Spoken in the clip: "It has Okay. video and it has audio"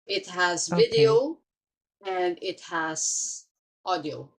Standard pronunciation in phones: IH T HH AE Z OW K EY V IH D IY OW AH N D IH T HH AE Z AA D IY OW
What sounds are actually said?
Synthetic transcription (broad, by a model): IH T HH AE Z V IH D IY OW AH N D IH T HH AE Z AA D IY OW